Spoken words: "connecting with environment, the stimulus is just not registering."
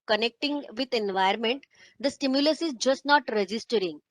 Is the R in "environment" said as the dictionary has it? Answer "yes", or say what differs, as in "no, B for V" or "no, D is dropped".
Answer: no, R is dropped